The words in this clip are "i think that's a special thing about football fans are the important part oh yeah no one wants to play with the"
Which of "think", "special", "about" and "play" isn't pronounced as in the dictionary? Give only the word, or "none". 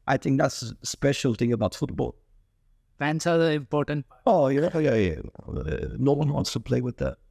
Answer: none